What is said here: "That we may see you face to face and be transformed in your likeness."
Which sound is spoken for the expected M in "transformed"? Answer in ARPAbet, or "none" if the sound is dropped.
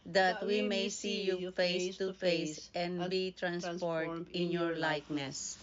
none